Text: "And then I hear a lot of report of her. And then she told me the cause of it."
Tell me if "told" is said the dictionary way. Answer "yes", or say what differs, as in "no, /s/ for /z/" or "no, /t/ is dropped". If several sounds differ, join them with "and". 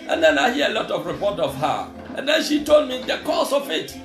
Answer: yes